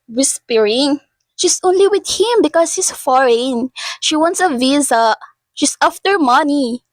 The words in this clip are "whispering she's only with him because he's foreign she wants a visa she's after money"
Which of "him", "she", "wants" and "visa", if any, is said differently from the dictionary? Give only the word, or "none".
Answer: none